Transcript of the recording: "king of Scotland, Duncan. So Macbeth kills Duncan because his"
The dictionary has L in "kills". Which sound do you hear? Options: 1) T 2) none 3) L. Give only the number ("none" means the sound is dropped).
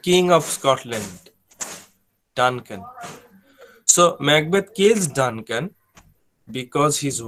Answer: 2